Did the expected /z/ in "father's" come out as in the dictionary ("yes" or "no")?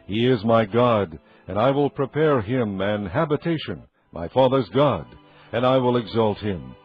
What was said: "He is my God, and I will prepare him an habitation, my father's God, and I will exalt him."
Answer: yes